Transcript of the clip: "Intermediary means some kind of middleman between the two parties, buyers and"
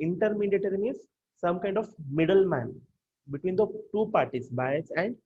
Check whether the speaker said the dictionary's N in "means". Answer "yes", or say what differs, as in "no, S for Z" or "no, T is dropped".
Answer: no, N is dropped